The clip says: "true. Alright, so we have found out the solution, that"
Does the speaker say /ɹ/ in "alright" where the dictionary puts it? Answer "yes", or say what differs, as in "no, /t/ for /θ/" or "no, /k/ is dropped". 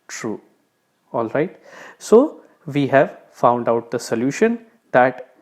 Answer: yes